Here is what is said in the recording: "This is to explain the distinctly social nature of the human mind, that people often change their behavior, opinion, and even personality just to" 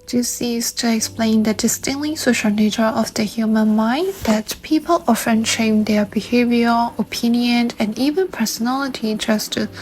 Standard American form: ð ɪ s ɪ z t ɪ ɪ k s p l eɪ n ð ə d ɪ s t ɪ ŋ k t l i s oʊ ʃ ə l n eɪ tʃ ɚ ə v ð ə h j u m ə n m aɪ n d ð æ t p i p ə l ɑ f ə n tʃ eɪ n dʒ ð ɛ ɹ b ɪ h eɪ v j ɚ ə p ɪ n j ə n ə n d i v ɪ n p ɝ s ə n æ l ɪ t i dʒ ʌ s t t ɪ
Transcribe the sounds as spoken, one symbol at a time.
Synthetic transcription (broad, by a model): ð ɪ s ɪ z t ɪ ɪ k s p l eɪ n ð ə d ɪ s t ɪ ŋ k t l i s oʊ ʃ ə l n eɪ tʃ ɚ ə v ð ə h j u m ə n m aɪ n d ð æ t p i p ə l ɑ f ə n ʃ eɪ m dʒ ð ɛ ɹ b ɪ h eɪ v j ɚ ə p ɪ n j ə n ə n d i v ɪ n p ɝ s ə n æ l ɪ t i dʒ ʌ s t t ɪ